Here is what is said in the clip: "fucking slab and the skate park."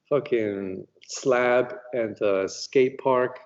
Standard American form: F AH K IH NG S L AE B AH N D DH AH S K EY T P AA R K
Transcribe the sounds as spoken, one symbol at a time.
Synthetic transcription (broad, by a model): F AH K IH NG S L AE B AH N DH AH S K EY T P AA R K